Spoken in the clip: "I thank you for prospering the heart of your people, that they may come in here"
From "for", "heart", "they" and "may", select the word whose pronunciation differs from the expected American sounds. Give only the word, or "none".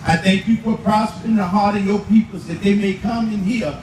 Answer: for